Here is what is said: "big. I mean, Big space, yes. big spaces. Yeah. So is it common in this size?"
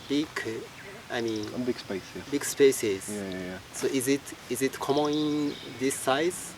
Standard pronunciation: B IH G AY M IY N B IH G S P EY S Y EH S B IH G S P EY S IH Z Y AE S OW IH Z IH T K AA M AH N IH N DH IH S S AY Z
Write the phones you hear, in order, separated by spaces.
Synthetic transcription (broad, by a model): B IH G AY M IY N B IH G S P EY S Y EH B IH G S P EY S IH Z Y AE S OW IH Z IH T K AA M AH N IH N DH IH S S AY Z